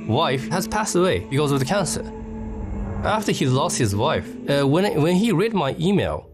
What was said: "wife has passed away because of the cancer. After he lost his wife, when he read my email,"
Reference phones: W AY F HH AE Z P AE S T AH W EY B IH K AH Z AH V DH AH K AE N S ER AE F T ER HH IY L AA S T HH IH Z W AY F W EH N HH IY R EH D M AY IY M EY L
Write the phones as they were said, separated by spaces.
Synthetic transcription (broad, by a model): W AY F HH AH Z P AE S T AH W EY B IH K AH Z AH V DH AH K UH N S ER AE F T ER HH IY L AA S T HH IH Z W AY F W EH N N IY R EH D M AY IY M EY L